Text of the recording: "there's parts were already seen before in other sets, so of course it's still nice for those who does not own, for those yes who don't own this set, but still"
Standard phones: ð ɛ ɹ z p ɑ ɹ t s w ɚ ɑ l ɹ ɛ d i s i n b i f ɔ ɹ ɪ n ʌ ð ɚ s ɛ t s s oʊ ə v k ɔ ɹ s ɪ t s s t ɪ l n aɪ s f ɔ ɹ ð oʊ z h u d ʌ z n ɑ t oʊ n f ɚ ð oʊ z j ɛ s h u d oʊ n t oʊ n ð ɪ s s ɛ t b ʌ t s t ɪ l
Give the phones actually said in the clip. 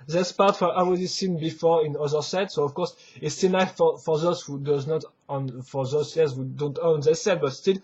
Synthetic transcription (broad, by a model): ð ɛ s p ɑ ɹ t w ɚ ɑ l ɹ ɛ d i s i n b i f ɔ ɹ ɪ n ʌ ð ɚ s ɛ t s s oʊ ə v k ɔ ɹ s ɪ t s s t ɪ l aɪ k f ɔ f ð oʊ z h u d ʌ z n ɑ t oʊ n f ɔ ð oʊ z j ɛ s h u d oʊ n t oʊ n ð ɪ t s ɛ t b ʌ t s t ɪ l